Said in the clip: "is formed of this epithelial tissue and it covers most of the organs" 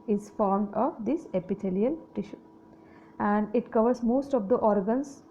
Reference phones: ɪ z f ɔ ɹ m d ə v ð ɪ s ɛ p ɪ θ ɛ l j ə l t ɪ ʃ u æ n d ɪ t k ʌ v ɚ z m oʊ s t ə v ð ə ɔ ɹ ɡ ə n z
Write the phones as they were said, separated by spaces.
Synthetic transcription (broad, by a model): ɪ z f ɔ ɹ m d ə v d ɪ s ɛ p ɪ t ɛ l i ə l t ɪ ʃ u æ n d ɪ t k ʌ v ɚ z m oʊ s t ə v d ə ɔ ɹ ɡ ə n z